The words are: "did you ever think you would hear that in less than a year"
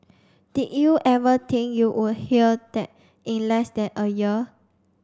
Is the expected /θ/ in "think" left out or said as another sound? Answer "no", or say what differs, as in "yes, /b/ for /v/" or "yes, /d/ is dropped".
yes, /t/ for /θ/